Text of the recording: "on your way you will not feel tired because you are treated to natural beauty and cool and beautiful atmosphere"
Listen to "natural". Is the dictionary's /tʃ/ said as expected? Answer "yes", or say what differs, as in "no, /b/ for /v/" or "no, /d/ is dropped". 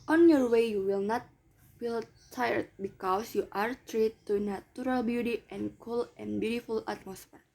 no, /tʃ/ is dropped